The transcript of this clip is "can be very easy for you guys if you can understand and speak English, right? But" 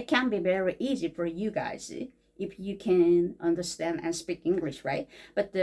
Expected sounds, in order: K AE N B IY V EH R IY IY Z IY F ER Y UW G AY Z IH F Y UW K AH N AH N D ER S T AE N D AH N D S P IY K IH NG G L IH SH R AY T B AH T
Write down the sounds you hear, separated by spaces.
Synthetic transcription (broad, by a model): K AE N B IY V EH R IY IY Z IY F ER Y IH G AY Z IH F Y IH K AH N AH N D ER S T AE N D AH N S P IY K IH NG G L IH SH R AY T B AH T